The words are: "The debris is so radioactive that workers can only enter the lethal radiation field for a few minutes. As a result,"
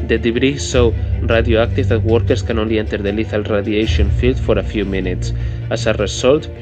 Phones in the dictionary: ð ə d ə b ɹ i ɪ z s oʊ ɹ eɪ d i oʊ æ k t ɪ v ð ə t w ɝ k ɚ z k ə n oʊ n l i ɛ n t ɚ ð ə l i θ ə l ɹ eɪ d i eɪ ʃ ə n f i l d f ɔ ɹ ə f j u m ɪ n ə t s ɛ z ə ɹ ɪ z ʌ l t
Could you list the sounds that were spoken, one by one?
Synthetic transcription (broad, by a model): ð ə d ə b ɹ i s oʊ ɹ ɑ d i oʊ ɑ k t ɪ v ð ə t w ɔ k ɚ s k ə n oʊ n l i ɛ n t ɚ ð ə l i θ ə l ɹ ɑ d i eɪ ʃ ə n f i l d f ɔ ɹ ə f j u m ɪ n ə t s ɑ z ə ɹ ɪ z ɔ l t